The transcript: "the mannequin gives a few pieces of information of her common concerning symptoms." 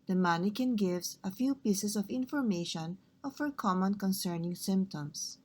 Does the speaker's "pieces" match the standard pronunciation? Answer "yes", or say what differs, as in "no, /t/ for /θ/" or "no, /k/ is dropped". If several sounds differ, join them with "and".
no, /s/ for /z/